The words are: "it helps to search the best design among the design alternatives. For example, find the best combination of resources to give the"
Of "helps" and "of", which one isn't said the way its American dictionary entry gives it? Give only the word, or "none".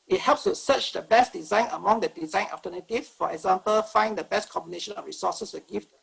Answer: of